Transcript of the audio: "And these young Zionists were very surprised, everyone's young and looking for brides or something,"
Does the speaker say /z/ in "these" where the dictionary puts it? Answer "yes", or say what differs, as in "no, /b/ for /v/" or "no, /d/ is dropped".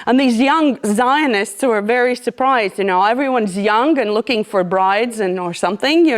yes